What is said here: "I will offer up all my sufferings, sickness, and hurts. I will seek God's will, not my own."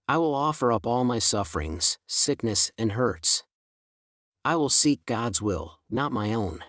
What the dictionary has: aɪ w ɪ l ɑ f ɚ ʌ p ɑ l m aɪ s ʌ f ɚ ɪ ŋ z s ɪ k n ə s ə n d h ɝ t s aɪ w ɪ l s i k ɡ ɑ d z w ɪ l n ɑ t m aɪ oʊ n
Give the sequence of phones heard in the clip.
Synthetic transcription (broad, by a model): aɪ w ɪ l ɑ f ɚ ʌ p ɑ l m aɪ s ʌ f ɚ ɪ ŋ z s ɪ k n ə s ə n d h ɝ t s aɪ w ɪ l s i k ɡ ɑ d z w ɪ l n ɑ t m aɪ oʊ n